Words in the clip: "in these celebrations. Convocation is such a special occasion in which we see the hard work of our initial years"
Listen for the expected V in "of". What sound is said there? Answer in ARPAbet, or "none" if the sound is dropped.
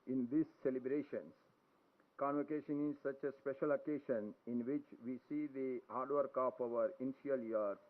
P